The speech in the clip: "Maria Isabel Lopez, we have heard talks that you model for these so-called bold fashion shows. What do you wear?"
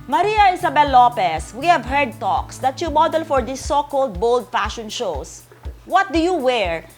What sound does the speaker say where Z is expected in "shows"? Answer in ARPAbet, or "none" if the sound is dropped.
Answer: S